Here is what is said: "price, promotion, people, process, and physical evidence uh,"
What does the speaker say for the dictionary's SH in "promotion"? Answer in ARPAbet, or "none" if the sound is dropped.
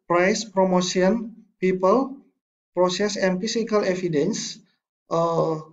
S